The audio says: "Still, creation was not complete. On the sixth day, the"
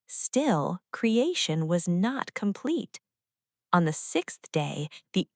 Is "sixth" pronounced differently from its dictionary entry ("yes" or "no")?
no